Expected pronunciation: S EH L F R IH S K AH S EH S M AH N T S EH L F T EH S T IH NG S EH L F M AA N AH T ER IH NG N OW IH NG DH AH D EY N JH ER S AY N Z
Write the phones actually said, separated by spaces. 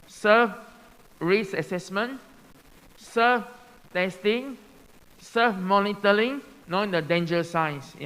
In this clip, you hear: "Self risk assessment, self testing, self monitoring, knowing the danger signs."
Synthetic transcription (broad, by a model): S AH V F R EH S AH S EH S M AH N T S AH F T EH S T IH NG S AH F M AA N AH T ER IH NG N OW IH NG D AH D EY N JH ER S AY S